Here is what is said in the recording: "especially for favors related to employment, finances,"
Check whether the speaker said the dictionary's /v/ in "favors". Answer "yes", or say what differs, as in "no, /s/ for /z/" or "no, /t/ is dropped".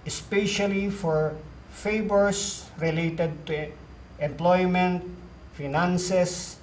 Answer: no, /b/ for /v/